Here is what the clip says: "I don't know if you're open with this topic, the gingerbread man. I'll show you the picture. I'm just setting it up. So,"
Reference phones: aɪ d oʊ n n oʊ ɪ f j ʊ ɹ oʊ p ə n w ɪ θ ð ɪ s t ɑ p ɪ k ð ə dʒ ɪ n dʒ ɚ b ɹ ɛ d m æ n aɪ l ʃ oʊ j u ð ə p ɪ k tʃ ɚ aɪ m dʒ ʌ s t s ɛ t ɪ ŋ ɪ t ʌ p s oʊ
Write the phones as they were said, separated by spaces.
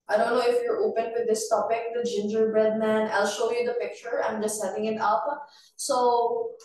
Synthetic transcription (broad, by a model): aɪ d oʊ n n oʊ ɪ f j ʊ ɹ oʊ p ə n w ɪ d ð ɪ s t ɑ p ɪ k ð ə dʒ ɪ n dʒ ɚ b ɹ ɛ d m æ n aɪ l ʃ oʊ j u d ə p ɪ k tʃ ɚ aɪ m dʒ ʌ s t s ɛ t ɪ ŋ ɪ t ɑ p s oʊ